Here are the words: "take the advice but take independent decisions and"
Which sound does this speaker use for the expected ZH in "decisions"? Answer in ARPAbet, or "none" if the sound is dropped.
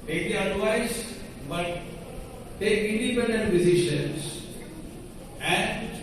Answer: SH